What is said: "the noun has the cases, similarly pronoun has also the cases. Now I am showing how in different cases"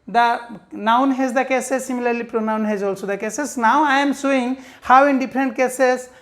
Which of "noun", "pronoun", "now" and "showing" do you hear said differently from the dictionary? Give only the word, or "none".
showing